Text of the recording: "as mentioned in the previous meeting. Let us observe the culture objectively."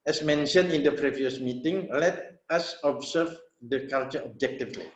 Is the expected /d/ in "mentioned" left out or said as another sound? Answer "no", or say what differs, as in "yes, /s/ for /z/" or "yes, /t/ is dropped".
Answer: yes, /d/ is dropped